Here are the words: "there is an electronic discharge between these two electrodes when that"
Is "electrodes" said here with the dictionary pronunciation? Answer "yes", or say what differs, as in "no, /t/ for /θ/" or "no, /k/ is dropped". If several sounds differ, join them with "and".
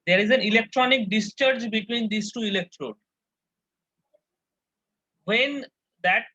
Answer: no, /z/ is dropped